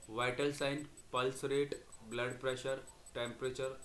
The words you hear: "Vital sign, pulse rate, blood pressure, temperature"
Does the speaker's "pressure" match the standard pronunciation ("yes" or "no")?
yes